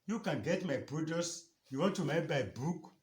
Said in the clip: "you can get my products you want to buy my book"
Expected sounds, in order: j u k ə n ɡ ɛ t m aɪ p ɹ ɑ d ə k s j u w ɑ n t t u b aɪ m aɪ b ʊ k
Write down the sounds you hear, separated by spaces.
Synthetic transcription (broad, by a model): j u k ə n ɡ ɛ t m aɪ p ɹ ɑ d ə s j u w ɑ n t t u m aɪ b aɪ b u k